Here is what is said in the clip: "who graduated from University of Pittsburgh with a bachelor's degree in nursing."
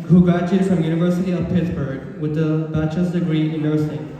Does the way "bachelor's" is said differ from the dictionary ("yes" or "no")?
yes